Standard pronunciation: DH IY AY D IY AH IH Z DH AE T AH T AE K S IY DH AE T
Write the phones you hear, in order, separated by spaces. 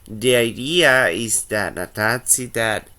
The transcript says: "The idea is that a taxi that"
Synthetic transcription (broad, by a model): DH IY AY D IY AH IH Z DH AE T AH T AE S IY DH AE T